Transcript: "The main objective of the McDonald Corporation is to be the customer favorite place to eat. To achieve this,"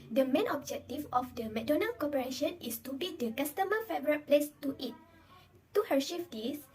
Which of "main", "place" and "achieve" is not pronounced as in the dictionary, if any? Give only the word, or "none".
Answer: achieve